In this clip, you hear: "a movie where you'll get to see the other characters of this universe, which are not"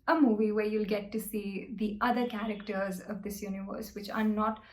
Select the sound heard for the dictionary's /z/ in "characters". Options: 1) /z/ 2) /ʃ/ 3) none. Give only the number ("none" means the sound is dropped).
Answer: 1